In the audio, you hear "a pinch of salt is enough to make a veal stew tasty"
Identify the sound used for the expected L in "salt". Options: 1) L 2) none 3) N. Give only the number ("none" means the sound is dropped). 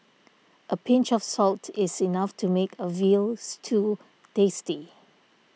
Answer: 1